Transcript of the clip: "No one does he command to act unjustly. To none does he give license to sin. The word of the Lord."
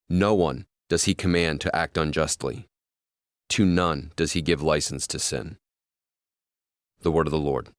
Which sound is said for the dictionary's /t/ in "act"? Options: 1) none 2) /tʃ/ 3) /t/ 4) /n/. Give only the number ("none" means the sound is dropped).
3